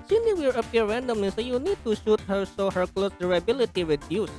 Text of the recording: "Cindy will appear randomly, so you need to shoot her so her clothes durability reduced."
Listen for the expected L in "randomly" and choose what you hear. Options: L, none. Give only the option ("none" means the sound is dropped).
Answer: none